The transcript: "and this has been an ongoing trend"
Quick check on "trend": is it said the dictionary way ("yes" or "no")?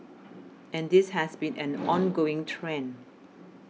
no